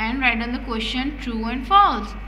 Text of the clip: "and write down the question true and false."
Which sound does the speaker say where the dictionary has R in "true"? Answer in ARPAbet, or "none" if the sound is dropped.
R